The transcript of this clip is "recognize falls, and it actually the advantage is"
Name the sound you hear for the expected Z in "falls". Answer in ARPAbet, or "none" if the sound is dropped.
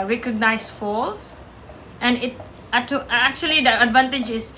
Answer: S